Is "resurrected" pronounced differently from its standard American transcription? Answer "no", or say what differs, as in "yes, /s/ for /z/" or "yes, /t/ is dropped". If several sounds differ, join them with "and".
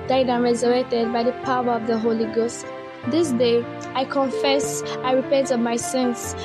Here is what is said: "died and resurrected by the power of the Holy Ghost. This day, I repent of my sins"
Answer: no